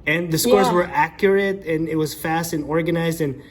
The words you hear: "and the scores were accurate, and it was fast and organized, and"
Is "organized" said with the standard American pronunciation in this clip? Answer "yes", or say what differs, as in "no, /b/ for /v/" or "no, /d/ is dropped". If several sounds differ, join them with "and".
yes